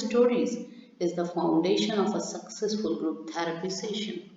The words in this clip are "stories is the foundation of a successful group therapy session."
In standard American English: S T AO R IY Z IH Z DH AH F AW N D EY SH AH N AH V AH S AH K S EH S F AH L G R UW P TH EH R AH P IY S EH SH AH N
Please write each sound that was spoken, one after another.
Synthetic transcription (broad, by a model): S T AO R IY Z IH Z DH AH F AW N D EY SH AH N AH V AH S AH K S EH S F AH L G R UW P T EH R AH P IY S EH SH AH N